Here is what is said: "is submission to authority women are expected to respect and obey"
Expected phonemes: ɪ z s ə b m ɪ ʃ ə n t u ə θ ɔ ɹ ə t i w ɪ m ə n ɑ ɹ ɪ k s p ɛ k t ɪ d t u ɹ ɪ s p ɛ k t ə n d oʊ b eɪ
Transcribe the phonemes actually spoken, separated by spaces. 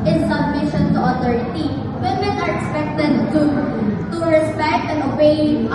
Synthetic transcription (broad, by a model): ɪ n s ə b m ɪ ʃ ə n t u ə t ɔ ɹ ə t i w ɪ m ə n ɑ ɹ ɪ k s p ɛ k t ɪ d t u ɹ ɪ s p ɛ k t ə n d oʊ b eɪ